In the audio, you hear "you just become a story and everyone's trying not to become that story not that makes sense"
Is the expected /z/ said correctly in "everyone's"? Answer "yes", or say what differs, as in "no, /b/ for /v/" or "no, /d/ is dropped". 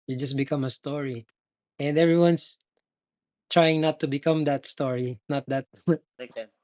no, /s/ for /z/